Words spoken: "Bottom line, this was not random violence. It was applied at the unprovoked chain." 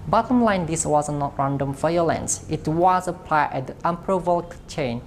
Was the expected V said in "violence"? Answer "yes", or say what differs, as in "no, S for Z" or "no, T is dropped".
no, F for V